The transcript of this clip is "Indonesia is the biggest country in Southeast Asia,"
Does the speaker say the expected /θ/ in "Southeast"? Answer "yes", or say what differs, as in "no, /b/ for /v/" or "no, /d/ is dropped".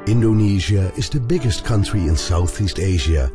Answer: yes